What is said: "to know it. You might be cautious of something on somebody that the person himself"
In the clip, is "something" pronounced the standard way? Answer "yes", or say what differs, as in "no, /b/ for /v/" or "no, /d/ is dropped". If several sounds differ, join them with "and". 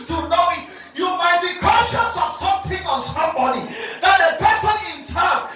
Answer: no, /t/ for /θ/